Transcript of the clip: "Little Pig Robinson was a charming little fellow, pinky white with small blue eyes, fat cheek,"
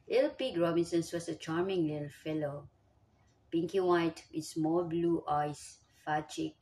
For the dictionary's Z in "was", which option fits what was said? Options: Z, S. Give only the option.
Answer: S